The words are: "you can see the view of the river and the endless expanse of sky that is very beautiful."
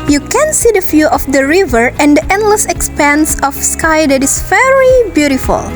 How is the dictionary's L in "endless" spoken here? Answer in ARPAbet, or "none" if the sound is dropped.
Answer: L